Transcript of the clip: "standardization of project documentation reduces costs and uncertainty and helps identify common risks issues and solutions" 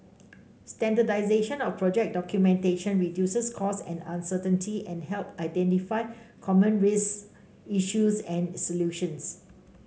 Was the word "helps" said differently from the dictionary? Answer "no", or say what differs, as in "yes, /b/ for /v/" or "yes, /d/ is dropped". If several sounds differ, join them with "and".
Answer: yes, /s/ is dropped